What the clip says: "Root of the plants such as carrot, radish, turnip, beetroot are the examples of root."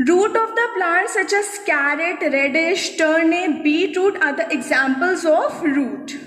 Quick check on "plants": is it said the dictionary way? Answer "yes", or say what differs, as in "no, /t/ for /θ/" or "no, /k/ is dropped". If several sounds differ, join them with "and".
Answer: no, /n/ is dropped